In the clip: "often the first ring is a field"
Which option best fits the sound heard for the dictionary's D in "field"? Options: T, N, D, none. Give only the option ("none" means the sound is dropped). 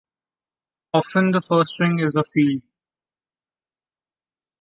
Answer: none